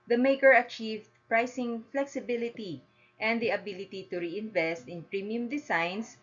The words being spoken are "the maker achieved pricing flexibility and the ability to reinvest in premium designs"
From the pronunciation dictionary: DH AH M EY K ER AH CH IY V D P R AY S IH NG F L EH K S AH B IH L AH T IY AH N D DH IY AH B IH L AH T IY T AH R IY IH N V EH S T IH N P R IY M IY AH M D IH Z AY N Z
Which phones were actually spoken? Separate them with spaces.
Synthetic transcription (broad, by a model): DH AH M EY K ER AH CH IY V D P R AY S IH NG F L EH K S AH B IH L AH T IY AH N D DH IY AH B IH L AH T IY T AH R IY IH N V EH S T IH N P R IY M IY AH M D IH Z AY N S